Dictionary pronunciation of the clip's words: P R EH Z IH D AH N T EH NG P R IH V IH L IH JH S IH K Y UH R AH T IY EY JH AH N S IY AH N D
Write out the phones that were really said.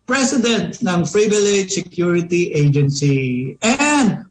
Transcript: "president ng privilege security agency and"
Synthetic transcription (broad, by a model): P R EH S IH D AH N T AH NG F R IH B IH L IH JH S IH K Y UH R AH T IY EY JH AH N S IY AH N D